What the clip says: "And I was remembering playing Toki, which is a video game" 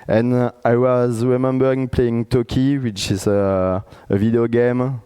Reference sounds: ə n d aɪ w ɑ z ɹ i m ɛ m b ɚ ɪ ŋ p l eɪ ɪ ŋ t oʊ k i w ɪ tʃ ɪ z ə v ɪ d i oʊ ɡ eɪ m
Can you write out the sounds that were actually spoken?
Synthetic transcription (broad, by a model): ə n aɪ w ɑ z ɹ i m ɛ m b ɚ ɪ ŋ p l eɪ ɪ ŋ t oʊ k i w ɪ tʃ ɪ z ə v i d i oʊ ɡ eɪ m